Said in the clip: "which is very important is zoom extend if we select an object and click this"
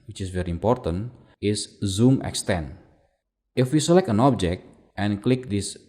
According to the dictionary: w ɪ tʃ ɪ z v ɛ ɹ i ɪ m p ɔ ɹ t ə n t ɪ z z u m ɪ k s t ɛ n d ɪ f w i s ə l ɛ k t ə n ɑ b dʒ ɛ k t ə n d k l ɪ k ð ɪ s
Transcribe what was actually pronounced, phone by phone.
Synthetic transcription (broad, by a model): w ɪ tʃ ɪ s v ɛ ɹ i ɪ m p ɔ ɹ t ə n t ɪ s z u m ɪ k s t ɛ n ɪ f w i s ə l ɛ k t ə n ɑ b dʒ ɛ k t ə n k l ɪ k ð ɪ s